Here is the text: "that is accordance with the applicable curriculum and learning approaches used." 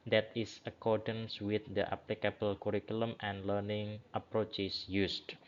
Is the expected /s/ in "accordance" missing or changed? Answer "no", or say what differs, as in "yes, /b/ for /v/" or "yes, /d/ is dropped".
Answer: no